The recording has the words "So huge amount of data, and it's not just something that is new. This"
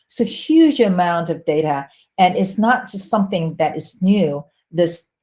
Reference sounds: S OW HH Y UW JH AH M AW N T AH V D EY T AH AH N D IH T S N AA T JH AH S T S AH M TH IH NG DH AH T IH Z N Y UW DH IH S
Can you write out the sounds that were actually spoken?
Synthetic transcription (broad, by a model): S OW HH Y UW JH AH M AW N T AH V D EY T AH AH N IH T S N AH T JH AH S T S AH M TH IH NG DH AH T IH Z N Y UW DH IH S